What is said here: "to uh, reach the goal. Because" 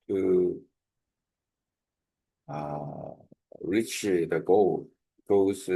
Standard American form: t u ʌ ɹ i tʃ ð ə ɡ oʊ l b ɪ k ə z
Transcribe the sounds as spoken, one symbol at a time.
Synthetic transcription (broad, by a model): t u ʌ ɹ i tʃ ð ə ɡ oʊ l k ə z